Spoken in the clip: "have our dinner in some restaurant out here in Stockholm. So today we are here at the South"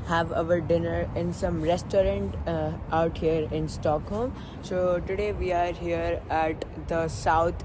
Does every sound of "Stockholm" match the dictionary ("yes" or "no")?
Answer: yes